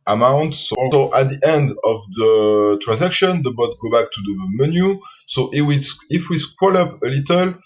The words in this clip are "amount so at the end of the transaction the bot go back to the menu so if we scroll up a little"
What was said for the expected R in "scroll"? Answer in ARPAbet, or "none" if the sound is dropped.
W